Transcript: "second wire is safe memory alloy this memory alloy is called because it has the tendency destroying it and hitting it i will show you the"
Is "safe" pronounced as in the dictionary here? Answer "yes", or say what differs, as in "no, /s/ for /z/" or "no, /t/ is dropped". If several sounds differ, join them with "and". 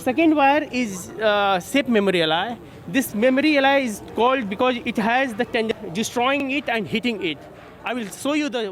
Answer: no, /p/ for /f/